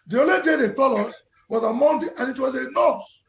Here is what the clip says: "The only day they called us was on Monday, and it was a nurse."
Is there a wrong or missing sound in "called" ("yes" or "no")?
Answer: yes